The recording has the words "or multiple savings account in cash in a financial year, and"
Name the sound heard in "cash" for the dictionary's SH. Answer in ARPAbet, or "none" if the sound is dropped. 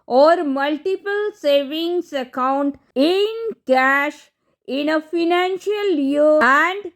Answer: SH